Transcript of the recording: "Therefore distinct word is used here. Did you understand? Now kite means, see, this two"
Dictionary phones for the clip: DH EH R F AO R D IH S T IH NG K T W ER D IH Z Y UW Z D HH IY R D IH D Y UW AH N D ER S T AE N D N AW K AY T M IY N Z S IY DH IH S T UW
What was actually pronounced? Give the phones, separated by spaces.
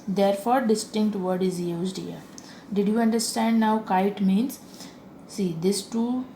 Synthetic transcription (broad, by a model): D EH R F AO R D IH S T IH NG K T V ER D IH Z Y UW Z D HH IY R D IH D Y UW AH N D ER S T AE N D N AW K AY T M IY N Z S IY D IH S T UW